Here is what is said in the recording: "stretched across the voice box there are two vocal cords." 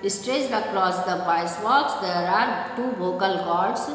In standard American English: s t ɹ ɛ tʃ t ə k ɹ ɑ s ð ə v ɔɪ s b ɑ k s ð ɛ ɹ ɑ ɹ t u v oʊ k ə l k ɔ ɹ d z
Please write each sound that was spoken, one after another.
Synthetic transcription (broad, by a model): s t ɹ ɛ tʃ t ə k ɹ ɑ s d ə b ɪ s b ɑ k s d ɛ ɹ ɑ ɹ t u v oʊ k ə l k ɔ ɹ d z